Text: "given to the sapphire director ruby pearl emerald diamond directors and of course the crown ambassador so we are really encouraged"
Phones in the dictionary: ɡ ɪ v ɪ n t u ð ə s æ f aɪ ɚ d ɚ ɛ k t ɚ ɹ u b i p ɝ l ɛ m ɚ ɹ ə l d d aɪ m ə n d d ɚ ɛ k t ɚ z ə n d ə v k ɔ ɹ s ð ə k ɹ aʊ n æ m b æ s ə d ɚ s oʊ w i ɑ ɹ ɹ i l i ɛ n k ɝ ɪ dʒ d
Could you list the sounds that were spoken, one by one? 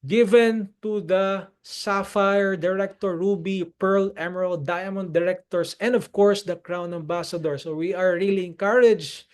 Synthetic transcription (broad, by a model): ɡ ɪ v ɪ n t u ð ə s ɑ f aɪ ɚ d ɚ ɛ k t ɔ ɹ u b i p ɝ l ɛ m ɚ ɹ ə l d d aɪ m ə n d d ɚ ɛ k t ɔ s ə n d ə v k ɔ ɹ s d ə k ɹ aʊ n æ m b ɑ s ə d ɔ s oʊ w i ɑ ɹ ɹ i l i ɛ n k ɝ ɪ dʒ